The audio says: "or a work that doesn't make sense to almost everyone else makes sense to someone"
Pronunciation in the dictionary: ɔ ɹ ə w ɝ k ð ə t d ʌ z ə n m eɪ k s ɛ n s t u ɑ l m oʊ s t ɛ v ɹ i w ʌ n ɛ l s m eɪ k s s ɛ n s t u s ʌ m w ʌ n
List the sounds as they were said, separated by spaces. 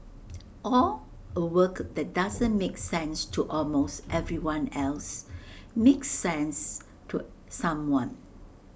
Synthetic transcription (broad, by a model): ɔ l ə w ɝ k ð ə t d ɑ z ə n m eɪ k s ɛ n s t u ɑ l m oʊ s t ɛ v ɹ i w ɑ n ɛ l s m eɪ k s s ɛ n s t u s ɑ m w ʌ n